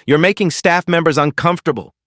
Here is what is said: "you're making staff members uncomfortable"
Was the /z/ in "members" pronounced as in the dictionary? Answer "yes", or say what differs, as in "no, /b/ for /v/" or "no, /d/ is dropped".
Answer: yes